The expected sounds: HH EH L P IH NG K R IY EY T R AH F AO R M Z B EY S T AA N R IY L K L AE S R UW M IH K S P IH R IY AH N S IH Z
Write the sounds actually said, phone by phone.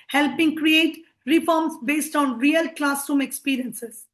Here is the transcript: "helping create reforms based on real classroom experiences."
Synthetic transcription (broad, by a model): HH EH L P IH NG K R IY EY T R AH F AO R M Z B EY S T AA N R IY L K L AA S UW M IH K S P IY R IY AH N S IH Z